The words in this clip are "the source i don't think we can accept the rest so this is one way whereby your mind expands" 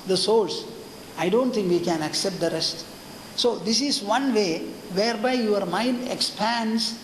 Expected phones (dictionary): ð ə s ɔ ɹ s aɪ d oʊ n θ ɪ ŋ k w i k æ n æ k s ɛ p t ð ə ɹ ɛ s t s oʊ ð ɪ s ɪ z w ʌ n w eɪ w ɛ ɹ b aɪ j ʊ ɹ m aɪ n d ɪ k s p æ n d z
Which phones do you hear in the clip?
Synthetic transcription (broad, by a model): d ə s ɔ l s aɪ d oʊ n t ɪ ŋ k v i k æ n æ k s ɛ p t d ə ɹ ɛ s t s oʊ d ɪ s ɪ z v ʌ n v eɪ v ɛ ɹ b aɪ j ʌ ɹ m aɪ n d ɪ k s p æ n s